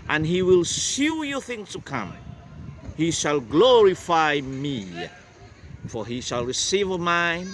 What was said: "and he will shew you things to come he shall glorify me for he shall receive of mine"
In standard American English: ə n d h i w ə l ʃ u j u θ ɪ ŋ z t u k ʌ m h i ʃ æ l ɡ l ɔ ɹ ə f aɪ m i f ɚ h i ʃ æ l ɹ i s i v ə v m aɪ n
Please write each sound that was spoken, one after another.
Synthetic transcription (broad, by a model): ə n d h i w ə l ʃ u j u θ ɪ ŋ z t u k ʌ m h i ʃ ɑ l ɡ l ɔ ɹ ə f aɪ m i f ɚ h i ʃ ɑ l ɹ i s i v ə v m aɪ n